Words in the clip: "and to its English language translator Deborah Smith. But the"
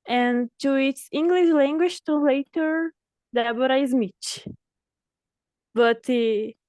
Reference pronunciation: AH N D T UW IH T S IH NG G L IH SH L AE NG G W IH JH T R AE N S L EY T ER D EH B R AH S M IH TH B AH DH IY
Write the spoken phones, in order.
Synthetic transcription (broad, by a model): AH N T UW IH T S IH NG G L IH SH L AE NG G W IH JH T AE L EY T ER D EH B R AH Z M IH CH B AH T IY